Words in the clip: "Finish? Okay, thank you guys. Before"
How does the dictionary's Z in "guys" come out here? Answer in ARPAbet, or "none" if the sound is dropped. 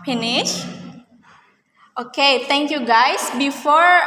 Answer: S